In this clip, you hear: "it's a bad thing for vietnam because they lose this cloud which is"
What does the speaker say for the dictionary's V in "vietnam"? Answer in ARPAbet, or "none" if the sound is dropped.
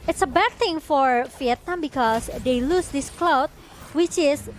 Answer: F